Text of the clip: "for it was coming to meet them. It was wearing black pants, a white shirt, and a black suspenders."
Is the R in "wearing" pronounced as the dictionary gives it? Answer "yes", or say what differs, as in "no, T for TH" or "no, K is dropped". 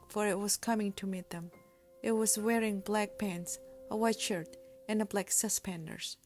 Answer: yes